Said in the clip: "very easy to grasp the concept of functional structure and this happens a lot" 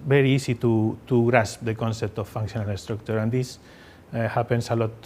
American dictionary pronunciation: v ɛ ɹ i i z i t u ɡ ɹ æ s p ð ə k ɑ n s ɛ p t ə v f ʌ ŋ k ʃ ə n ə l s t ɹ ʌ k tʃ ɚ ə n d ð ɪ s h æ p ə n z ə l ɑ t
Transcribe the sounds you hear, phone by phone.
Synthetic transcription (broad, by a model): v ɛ ɹ i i s i t u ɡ ɹ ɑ s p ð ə k ɑ n s ɛ p t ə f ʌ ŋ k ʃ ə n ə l s t ɹ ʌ k tʃ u ə n d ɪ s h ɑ p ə n s ə l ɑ t